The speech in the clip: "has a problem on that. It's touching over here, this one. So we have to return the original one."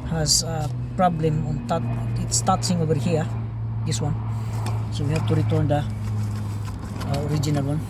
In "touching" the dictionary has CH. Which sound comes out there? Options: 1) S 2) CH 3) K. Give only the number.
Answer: 1